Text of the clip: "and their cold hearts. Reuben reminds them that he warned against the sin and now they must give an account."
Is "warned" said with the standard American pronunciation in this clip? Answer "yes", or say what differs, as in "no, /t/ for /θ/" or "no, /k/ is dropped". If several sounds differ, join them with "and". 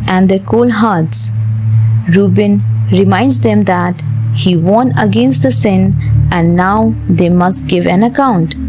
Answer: no, /d/ is dropped